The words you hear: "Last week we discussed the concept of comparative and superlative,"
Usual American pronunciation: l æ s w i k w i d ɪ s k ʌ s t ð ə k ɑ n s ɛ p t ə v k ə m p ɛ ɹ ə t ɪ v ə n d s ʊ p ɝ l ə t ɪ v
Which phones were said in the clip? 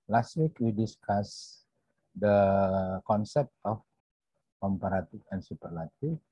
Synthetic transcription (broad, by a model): l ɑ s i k w i d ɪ s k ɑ s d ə k ɑ n s ɛ p t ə f k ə m p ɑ ɹ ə t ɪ f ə n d s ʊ p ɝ l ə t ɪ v